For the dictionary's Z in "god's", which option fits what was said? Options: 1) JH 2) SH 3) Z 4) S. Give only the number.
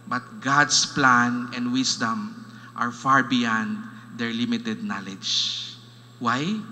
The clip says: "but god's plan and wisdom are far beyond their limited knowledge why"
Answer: 4